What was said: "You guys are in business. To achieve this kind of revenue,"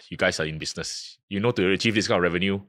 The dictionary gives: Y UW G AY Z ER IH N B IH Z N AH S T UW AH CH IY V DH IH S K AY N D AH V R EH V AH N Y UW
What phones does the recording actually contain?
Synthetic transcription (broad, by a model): Y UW G AY S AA IH N B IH S N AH S T UW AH CH IY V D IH S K AY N AH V R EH V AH N Y UW